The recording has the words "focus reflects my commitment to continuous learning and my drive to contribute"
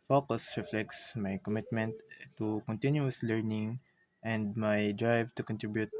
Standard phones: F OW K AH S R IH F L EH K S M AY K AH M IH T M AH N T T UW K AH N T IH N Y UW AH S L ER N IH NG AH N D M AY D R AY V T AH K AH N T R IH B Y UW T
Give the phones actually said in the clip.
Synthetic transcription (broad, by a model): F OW K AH S R IH F L EH K S M AY K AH M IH T M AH N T T UW K AH N T IH N Y UW AH S L ER N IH NG AH N D M AY D R AY V T AH K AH N T R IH B Y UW T